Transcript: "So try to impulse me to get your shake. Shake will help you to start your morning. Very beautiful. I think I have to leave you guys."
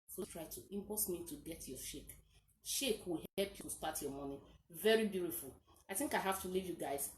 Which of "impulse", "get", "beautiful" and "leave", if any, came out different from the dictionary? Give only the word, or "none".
impulse